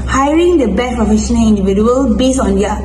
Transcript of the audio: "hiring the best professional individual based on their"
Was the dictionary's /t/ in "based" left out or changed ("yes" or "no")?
yes